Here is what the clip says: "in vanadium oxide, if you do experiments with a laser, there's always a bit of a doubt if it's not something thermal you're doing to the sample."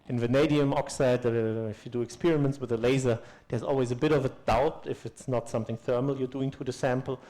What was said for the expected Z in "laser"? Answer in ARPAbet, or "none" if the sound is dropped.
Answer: Z